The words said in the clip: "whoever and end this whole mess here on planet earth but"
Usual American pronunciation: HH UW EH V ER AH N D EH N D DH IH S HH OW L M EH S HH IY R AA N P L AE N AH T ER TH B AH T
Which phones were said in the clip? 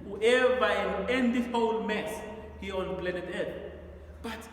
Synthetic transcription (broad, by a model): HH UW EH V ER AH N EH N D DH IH HH OW L M EH S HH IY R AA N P L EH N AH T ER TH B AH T